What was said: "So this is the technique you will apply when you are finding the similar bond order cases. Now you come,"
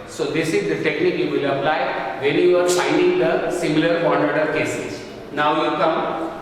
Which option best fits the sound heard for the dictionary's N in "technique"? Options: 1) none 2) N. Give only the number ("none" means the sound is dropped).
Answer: 2